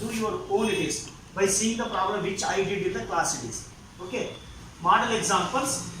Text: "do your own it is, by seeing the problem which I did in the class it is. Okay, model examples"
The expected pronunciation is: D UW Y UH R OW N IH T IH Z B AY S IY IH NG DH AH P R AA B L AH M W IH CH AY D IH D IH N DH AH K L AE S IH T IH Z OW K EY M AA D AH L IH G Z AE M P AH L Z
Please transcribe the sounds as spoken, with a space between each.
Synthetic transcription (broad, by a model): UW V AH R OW L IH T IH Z B AY S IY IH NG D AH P R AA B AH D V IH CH AY D IH D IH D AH K L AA S IH T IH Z OW K EY M AA D AH L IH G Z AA M P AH L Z